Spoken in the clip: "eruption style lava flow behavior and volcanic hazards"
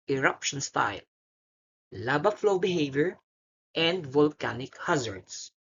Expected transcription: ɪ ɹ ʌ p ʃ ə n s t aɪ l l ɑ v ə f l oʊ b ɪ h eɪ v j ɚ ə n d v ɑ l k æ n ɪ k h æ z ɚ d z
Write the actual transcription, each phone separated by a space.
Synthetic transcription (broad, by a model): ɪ ɹ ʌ p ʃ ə n s t aɪ l l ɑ b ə f l oʊ b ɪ h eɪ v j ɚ ə n d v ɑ l k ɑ n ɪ k h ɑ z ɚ d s